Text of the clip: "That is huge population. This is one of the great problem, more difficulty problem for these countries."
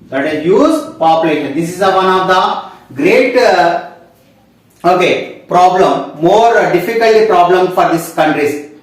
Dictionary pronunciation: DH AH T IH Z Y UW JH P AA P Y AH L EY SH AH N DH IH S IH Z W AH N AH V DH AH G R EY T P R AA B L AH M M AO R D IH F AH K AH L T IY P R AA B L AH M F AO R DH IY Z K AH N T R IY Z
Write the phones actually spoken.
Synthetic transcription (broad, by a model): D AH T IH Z Y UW Z P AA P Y L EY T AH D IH S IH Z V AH N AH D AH G R EY T P R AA B L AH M M AO R D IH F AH K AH L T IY P R AA B L AH M F AO R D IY S K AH N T R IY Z